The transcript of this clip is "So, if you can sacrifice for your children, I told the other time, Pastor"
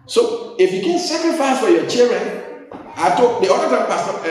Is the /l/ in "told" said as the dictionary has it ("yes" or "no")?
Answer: no